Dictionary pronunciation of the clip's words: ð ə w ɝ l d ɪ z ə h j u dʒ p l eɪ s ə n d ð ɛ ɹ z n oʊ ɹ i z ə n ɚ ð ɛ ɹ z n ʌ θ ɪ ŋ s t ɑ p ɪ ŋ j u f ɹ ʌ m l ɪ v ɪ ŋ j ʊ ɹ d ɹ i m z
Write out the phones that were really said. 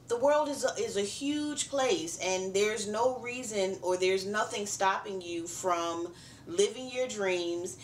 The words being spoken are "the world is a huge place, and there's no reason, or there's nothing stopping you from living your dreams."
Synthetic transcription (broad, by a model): ð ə w ɝ l d ɪ z ə h j u dʒ p l eɪ s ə n ð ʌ ɹ z n oʊ ɹ i z ə n ɚ ð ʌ ɹ z n ʌ θ ɪ ŋ s t ɑ p ɪ ŋ j u f ɹ ʌ m l ɪ v ɪ ŋ j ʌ ɹ d ɹ i m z